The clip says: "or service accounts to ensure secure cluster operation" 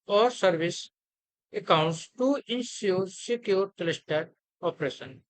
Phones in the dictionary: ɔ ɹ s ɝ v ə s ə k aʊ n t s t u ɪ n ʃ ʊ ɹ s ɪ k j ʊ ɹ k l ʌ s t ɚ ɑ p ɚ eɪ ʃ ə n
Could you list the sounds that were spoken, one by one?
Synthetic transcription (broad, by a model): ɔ ɹ s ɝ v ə s ə k aʊ n t s t u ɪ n s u ɹ s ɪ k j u ɹ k l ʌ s t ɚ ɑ p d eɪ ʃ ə n